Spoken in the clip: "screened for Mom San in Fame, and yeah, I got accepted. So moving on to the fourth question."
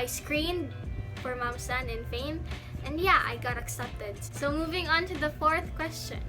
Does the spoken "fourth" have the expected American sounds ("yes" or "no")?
yes